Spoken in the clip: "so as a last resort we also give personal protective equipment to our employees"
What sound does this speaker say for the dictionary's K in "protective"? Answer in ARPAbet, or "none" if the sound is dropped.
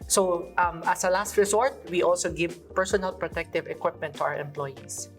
K